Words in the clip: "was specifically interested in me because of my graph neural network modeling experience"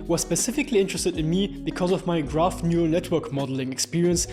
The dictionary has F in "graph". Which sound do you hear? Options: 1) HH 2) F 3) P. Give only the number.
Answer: 2